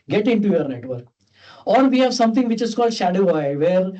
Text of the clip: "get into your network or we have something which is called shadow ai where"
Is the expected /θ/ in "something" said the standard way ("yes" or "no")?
no